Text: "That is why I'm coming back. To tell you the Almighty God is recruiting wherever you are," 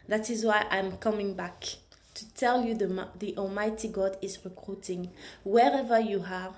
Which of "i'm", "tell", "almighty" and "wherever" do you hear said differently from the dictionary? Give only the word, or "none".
none